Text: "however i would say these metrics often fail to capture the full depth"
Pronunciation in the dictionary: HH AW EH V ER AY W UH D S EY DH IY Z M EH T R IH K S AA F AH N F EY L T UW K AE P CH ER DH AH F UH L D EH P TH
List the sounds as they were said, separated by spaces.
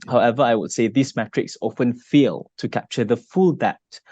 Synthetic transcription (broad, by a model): HH AW EH V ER AY W UH D S EY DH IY S M EH T R IH K S AA F AH N F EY L T UW K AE P CH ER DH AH F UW L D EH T